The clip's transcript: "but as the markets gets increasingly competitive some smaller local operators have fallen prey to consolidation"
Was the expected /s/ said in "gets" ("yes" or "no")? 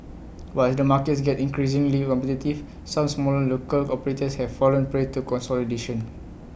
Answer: no